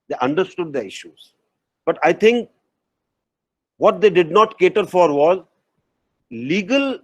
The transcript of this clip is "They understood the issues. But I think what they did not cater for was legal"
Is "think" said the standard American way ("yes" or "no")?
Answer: no